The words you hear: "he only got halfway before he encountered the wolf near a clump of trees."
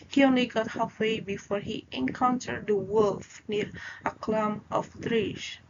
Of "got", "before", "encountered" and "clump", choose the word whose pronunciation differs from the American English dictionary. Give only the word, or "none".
clump